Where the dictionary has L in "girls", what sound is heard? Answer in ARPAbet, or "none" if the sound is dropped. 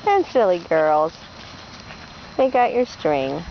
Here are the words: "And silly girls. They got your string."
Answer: L